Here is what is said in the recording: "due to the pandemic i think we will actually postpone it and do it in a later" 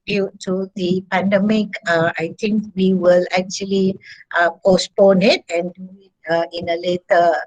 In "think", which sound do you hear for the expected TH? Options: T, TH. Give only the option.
T